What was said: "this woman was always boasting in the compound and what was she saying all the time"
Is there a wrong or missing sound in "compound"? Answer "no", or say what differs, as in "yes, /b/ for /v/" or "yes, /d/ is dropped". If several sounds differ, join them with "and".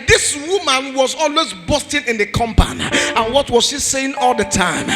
yes, /d/ is dropped